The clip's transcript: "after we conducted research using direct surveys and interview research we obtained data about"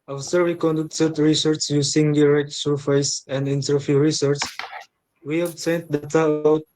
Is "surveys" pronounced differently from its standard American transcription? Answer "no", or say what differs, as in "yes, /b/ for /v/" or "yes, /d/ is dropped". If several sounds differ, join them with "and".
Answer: yes, /f/ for /v/